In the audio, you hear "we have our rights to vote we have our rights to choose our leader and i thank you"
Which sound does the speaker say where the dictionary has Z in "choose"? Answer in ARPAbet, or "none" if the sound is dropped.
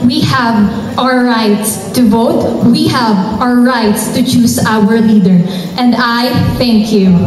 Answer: S